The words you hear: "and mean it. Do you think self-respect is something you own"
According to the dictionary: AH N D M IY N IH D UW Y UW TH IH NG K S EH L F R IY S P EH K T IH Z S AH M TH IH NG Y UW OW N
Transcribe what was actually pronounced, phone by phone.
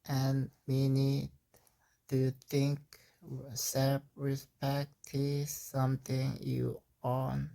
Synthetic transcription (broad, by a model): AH N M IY N IH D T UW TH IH NG K S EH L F R IY S P EH K T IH S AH M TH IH NG Y UW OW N